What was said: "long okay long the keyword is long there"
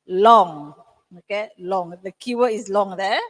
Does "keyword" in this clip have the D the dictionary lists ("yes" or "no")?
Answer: no